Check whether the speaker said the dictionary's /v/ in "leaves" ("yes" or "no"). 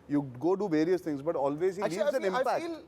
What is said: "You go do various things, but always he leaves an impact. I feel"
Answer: no